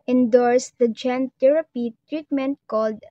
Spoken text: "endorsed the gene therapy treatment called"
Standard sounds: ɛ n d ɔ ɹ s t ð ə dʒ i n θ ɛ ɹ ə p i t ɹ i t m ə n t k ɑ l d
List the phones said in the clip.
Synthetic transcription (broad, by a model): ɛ n d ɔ ɹ s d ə dʒ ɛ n t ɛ ɹ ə p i t ɹ i t m ə n t k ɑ l d